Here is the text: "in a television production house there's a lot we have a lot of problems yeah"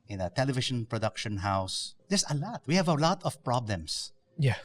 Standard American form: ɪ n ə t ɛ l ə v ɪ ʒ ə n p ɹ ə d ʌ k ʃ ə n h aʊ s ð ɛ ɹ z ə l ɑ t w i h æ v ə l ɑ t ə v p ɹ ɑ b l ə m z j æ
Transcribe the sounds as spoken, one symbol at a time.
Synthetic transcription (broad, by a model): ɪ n ə t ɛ l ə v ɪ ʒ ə n p ɹ ə d ʌ k ʃ ə n h aʊ s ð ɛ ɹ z ə l ɑ t w i h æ v ə l ɑ t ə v p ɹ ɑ b l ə m s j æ